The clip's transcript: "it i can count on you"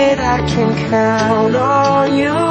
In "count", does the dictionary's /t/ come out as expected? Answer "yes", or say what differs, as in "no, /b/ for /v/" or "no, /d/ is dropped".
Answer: no, /t/ is dropped